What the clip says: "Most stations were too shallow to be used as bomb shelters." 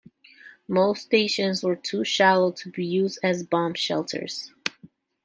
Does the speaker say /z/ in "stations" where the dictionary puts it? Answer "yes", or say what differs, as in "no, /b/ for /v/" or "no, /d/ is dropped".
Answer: yes